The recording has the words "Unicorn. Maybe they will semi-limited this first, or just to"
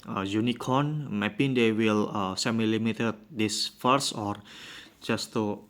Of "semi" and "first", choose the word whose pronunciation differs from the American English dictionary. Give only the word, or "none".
first